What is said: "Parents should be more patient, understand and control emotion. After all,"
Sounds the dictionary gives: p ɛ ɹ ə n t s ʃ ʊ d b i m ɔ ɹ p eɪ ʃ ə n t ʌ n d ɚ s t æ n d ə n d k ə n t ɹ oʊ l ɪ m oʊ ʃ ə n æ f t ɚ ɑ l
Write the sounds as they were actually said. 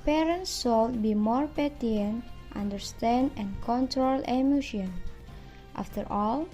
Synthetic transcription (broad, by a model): p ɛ ɹ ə n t s s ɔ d b i m ɔ ɹ p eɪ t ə n t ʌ n d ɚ s t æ n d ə n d k ə n t ɹ oʊ l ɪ m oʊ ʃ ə n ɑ f t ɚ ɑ l